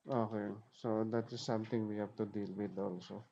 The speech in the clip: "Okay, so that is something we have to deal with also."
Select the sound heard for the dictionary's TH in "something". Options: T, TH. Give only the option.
T